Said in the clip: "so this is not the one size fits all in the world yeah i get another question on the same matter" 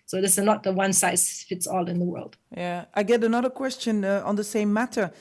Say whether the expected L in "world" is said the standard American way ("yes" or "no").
yes